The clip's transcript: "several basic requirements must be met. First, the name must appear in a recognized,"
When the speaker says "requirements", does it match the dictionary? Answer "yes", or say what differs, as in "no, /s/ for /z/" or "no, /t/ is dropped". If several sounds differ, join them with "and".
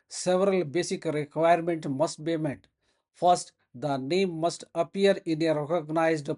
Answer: no, /s/ is dropped